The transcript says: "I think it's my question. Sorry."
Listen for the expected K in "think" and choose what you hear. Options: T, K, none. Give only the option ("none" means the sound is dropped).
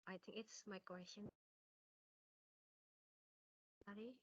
K